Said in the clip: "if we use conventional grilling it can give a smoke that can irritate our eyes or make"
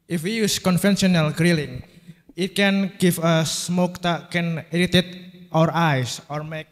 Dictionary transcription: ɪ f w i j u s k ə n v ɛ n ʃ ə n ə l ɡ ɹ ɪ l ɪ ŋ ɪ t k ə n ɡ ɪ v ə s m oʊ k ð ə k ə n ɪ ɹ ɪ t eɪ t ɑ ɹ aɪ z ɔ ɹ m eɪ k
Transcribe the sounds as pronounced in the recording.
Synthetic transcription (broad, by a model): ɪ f w i j u s k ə n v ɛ n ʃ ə n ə l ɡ ɹ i l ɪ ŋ ɪ t k ə n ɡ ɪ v ə s m oʊ k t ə k ə n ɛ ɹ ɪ t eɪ t ɑ ɹ aɪ s ɔ ɹ m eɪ k